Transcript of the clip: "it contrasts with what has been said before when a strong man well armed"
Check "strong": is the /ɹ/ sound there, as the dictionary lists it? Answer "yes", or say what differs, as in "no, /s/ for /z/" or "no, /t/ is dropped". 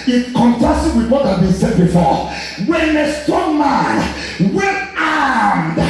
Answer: no, /ɹ/ is dropped